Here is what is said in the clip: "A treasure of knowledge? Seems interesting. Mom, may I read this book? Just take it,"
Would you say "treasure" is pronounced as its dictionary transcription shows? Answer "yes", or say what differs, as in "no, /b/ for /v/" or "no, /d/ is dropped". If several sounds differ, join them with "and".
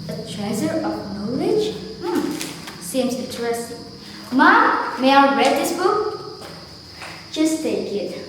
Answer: no, /z/ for /ʒ/